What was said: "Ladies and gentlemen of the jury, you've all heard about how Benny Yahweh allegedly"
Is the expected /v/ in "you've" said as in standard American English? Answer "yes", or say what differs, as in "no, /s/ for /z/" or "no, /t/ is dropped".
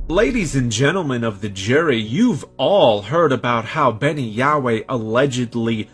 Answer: yes